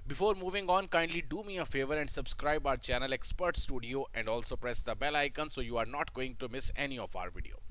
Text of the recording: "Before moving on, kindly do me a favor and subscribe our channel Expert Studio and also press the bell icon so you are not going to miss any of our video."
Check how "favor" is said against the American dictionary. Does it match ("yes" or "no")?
yes